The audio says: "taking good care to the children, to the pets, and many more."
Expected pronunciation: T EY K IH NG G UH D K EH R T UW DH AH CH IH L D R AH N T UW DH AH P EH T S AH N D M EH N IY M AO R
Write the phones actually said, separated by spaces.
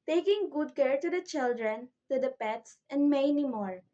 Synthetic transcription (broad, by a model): T EY K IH NG G UH D K EH R T UW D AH CH IH L D R AH N T UW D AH P EH T S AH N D M EH N IY M AO R